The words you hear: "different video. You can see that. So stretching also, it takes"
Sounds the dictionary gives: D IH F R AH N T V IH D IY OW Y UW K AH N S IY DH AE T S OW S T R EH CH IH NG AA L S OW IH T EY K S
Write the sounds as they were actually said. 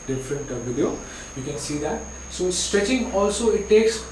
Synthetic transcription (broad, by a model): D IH F R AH N T V IH D IY OW Y UW K AH N S IY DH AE T S OW S T R EH CH IH NG AA L S OW IH T EY K S